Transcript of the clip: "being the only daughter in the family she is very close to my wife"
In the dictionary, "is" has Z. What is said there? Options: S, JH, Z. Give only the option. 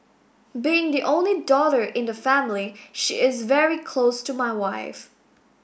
Z